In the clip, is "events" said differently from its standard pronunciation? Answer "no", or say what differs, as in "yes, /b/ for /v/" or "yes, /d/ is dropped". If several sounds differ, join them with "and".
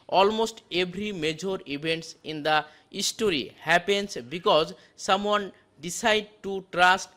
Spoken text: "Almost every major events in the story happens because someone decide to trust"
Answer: yes, /b/ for /v/